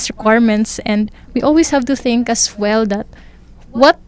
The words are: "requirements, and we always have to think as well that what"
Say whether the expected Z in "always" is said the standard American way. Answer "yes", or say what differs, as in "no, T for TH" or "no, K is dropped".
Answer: no, S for Z